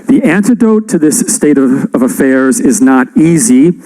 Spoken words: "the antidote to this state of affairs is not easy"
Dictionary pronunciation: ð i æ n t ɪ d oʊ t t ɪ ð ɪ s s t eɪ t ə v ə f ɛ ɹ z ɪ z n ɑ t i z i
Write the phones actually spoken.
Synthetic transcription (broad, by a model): ð i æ n t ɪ d oʊ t t ɪ ð ɪ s s t eɪ t ə v ə f ɛ ɹ z ɪ z n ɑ t i z i